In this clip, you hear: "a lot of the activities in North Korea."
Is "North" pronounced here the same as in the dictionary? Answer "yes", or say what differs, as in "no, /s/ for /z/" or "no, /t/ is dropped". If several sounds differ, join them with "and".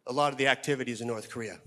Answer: yes